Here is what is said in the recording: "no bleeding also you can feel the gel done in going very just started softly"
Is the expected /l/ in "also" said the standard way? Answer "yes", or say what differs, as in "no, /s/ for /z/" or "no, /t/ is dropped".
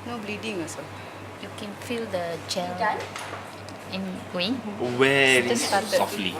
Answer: no, /l/ is dropped